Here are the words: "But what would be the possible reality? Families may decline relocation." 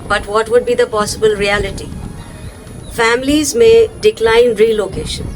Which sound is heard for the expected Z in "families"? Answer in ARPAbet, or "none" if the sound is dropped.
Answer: Z